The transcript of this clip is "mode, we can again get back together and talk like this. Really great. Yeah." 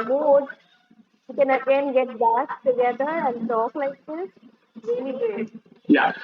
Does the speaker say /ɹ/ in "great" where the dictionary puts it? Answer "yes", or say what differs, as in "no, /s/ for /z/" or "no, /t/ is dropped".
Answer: no, /ɹ/ is dropped